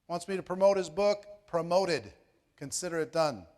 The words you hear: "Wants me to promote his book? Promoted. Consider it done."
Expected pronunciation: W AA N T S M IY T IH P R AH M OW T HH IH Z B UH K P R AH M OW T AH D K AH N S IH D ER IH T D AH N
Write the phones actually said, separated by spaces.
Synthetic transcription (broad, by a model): W AA N T S M IY T IH P R AH M OW T HH IH Z B UH K P R AH M OW T AH D K AH N S IH D ER IH T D AH N